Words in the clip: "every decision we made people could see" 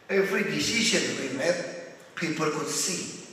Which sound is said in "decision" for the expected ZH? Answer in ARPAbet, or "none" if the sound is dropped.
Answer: SH